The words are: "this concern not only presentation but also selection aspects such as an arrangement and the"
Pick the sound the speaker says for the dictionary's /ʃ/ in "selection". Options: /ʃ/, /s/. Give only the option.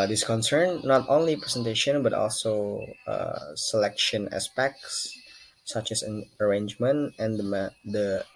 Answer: /ʃ/